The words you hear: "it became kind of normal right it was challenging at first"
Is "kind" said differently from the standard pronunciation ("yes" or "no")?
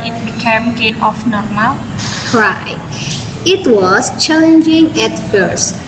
yes